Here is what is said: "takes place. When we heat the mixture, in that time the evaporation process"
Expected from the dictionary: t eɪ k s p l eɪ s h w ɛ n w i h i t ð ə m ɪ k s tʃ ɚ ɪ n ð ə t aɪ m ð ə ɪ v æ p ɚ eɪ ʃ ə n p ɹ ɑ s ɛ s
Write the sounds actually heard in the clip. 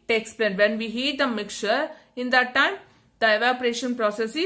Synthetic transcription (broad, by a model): t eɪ k s p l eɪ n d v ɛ n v i h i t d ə m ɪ k tʃ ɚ ɪ n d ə t aɪ m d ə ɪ v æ p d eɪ ʃ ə n p ɹ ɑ s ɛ s